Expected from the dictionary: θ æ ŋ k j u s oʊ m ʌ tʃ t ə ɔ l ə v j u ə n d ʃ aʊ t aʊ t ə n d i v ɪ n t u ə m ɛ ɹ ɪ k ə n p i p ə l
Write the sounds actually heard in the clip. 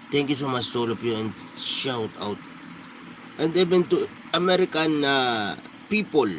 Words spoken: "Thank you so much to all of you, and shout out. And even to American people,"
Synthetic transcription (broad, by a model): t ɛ ŋ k j u s oʊ m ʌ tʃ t ɔ l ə p j u ə n d ʃ aʊ t aʊ t ə n d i b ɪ n t u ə m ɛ ɹ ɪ k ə n p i p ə l